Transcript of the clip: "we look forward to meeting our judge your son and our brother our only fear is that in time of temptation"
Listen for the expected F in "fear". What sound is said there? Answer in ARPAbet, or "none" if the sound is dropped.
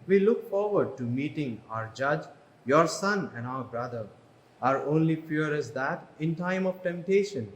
P